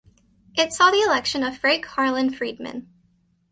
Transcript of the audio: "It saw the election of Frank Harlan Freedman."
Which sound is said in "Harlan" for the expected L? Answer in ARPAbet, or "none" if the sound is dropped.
L